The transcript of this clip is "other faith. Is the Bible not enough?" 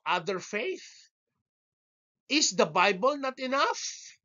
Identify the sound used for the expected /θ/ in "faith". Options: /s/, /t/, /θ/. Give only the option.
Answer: /θ/